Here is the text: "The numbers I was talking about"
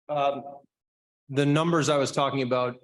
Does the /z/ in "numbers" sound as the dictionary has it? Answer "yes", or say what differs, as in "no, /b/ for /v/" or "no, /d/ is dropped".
yes